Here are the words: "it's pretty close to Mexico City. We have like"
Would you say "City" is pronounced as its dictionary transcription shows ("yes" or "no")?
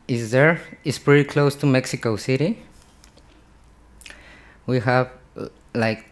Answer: yes